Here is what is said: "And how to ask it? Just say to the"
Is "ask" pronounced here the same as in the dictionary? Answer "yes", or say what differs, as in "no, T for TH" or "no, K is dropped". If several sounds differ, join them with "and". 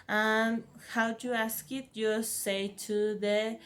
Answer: yes